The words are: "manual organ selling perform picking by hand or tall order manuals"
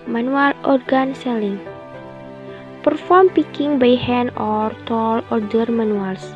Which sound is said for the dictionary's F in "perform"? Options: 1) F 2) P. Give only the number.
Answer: 1